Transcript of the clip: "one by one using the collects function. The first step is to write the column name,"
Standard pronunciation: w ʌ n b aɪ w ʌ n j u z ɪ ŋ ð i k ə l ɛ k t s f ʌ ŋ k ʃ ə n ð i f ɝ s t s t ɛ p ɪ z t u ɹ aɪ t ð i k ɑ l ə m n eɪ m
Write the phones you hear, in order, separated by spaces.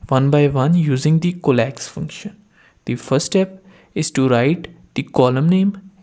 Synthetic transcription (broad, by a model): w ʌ n b aɪ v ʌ n j u z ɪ ŋ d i k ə l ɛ k s f ʌ ŋ k ʃ ə n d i f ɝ t s t ɛ p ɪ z t u ɹ aɪ t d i k ɑ l ə m n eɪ m